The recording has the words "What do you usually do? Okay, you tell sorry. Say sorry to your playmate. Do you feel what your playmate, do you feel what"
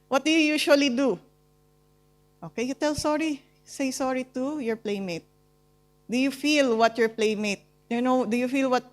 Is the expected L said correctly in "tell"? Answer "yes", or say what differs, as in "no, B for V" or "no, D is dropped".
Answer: yes